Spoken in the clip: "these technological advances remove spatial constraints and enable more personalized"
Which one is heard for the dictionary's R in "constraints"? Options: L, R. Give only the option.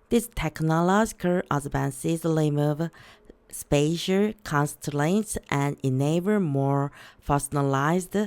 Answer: L